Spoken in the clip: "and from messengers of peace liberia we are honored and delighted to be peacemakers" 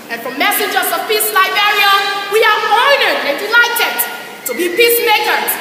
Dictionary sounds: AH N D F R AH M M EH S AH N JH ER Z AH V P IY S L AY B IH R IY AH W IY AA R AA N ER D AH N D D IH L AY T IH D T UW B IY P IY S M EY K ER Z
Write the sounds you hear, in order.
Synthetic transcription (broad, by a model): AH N F R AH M M EH S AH JH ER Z AH V P IY S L AY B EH R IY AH W IY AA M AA IH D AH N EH D IH L AY T IH D T UW B IY P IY S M EY K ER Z